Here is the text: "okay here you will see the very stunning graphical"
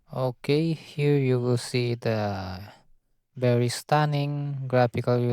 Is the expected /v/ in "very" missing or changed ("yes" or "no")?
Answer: yes